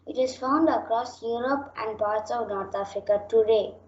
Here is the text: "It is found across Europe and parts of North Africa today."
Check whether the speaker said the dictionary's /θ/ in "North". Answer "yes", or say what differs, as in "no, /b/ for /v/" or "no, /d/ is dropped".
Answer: no, /t/ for /θ/